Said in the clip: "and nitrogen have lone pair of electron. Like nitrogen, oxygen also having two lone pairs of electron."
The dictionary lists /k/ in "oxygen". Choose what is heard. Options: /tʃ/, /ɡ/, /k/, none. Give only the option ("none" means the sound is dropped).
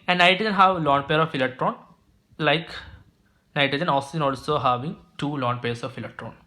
none